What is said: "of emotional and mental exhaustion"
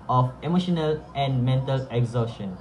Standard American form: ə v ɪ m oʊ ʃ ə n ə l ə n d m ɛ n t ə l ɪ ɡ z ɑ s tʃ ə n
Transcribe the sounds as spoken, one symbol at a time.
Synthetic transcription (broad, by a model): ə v ɪ m oʊ ʃ ə n ə l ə n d m ɛ n t ə l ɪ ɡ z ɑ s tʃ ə n